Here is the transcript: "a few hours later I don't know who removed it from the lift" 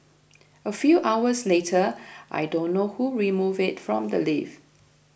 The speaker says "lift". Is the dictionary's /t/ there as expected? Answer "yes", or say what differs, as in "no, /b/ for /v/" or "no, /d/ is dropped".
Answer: no, /t/ is dropped